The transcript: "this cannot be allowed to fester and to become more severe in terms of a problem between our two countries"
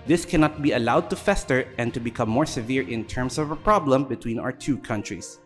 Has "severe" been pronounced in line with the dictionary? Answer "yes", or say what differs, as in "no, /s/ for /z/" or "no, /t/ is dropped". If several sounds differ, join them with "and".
yes